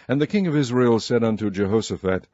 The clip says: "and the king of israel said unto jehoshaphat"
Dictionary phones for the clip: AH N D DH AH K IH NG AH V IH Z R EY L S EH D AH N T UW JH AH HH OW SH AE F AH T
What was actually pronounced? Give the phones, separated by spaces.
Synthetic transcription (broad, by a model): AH N DH AH K IH NG AH V IH Z R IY L S EH D AH N T UW JH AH HH OW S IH F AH T